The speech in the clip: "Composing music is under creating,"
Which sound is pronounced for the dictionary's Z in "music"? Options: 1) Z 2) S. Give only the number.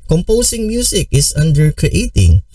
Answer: 2